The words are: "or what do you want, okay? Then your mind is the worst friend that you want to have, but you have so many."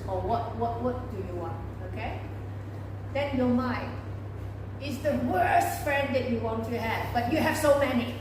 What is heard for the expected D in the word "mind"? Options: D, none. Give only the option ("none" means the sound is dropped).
none